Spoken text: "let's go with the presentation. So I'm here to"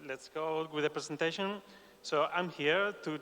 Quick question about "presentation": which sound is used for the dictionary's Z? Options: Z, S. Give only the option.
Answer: S